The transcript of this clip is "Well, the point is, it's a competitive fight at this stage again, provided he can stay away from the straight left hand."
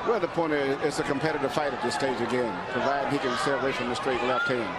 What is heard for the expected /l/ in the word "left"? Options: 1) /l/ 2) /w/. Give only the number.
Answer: 2